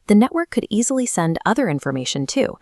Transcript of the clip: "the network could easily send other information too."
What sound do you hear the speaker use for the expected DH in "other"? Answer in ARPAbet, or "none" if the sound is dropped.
DH